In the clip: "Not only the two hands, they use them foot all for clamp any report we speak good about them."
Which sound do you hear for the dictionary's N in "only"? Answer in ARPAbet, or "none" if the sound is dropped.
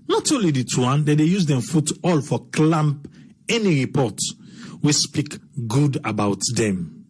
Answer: none